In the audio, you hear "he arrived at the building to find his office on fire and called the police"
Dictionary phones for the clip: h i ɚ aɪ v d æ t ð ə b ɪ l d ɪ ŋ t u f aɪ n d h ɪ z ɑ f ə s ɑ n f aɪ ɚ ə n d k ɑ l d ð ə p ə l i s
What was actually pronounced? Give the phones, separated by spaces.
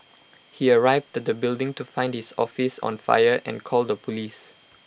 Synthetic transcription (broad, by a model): h i ɚ aɪ v d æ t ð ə b ɪ l d ɪ ŋ t u f aɪ n d h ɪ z ɑ f ə s ɑ n f aɪ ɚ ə n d k ɑ l d ə p ə l i s